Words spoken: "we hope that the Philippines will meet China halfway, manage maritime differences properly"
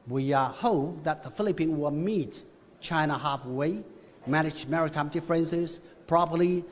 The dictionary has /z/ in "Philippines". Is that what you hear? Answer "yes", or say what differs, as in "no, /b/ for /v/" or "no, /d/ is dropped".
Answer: no, /z/ is dropped